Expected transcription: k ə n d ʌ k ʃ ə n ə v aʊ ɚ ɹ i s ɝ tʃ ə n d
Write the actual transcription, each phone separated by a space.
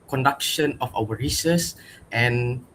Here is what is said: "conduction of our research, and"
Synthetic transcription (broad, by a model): k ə n d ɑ k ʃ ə n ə f aʊ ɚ ɹ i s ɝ s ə n